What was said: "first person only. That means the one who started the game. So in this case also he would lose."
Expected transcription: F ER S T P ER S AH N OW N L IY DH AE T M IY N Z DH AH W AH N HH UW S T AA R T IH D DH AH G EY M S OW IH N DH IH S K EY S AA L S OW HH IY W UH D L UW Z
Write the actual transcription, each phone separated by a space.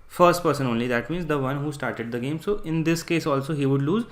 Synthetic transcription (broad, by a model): F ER S T P ER S AH N OW N L IY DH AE T M IY N Z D AH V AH N HH UW S T AA R T IH D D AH G EY M S OW IH N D IH S K EY S AA L S OW HH IY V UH D L UW Z